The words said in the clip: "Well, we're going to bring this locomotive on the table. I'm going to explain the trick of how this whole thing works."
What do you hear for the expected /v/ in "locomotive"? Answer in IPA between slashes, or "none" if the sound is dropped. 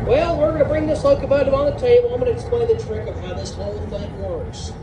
none